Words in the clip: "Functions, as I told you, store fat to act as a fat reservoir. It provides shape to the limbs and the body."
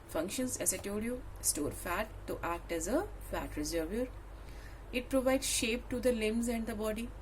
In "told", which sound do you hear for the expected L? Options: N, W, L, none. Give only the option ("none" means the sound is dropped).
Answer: none